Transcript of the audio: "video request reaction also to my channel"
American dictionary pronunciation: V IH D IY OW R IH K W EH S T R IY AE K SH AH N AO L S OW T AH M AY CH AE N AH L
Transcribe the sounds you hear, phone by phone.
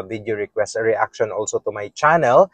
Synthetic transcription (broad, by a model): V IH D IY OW R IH K W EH S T R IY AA K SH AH N AO L S OW T AH M AY CH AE N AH L